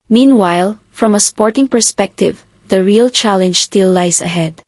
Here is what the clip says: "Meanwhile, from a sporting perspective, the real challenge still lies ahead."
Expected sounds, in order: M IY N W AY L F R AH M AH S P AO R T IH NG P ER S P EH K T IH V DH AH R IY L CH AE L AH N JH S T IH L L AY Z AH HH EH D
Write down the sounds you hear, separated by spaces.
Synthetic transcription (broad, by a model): M IY N W AY L F R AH M AH S P AO R T IH NG P ER S P EH K T IH V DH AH R IY L CH AE L AH N JH S T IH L L AY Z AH HH EH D